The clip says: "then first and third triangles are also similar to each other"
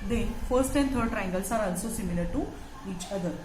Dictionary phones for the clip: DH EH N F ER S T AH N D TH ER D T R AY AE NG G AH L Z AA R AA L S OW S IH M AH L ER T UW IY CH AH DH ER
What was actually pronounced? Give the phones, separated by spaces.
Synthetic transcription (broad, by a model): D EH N F ER S T AH N D T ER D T R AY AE NG G AH L S AA R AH N S OW S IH M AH L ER T UW IY CH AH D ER